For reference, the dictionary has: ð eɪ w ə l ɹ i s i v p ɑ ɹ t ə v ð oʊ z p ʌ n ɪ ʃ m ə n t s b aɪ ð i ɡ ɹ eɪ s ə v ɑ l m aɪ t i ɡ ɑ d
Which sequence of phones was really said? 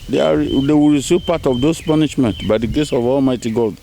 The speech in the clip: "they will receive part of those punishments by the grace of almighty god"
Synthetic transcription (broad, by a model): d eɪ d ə w ɹ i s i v p ɑ t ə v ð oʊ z p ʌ n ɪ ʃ m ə n t b aɪ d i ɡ eɪ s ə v ɑ l m aɪ t i ɡ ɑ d